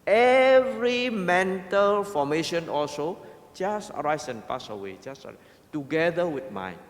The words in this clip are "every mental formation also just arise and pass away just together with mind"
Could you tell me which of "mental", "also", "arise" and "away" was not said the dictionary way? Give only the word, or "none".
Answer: arise